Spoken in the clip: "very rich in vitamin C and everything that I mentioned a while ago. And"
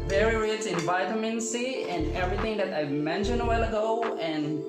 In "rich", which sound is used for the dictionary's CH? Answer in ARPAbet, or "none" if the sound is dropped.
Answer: S